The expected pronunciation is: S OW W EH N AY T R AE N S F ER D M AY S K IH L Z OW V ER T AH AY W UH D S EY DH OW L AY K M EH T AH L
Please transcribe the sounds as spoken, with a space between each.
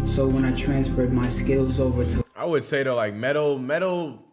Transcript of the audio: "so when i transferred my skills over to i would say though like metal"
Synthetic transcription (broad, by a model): S OW W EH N AY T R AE N S F ER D M AY S K IH L Z OW V ER T AH AY W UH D S EY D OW L AY K M EH T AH L